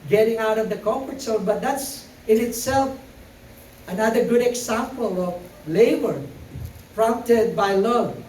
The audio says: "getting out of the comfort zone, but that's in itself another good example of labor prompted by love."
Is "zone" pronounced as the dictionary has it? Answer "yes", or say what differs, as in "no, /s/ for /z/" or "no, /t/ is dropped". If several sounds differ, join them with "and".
no, /s/ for /z/